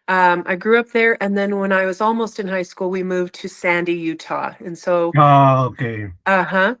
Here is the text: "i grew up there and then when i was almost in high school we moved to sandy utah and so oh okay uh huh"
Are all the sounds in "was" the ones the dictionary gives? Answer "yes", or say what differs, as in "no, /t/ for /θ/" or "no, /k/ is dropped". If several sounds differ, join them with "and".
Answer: yes